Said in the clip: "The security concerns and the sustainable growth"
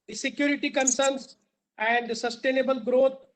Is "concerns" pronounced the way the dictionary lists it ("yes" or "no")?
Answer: no